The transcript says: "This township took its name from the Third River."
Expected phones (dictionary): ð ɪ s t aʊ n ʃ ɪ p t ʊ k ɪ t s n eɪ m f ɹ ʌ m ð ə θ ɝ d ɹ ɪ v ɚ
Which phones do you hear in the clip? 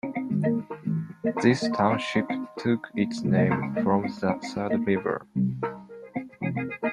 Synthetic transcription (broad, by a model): ð ɪ s t aʊ n ʃ ɪ p t ʊ k ɪ t s n eɪ m f ɹ ʌ m ð ə s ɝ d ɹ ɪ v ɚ